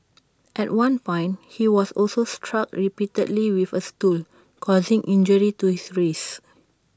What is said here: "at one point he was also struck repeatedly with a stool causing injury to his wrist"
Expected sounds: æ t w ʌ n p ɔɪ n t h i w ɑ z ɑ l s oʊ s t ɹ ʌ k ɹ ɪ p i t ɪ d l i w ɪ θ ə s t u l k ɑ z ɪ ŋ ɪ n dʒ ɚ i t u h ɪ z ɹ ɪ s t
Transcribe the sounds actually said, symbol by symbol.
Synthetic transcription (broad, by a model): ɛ t w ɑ n p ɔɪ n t h i w ɑ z ɑ l s oʊ s t ɹ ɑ k ɹ ɪ p i t ɪ d l i w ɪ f ə s t u l k ɑ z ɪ ŋ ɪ n dʒ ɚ i t u h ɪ s ɹ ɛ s